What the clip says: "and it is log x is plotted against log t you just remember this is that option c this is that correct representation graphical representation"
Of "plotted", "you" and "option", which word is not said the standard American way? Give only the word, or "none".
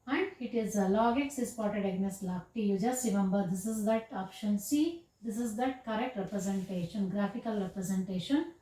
plotted